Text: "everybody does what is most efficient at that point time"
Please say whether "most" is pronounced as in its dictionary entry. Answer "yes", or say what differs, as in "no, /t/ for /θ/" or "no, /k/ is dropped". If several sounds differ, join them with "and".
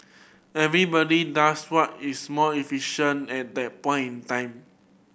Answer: no, /s/ is dropped